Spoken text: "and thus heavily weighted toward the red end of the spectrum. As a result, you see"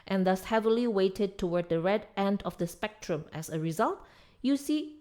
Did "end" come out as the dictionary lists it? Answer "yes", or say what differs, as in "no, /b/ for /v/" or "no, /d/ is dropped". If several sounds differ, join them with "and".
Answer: yes